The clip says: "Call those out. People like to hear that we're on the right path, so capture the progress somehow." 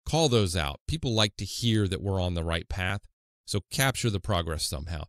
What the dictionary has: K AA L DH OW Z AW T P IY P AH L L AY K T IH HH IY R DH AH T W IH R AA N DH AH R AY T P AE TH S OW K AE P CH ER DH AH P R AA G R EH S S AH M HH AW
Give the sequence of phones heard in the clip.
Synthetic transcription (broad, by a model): K AA L DH OW Z AW T P IY P L L AY K T IH HH IY R DH AH T W IH R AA N DH AH R AY T P AE TH S OW K AE P CH ER DH AH P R AA G R EH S S AH M HH AW